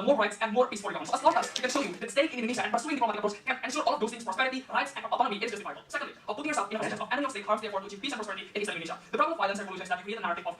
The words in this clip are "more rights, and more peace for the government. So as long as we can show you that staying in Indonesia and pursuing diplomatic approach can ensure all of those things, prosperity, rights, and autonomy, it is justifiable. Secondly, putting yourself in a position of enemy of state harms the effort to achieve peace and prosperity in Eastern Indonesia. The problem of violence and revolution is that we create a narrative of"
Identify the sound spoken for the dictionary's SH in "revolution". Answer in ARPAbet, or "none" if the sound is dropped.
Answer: S